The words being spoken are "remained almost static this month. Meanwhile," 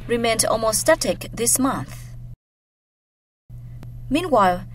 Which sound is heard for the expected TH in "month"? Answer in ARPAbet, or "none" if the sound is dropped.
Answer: TH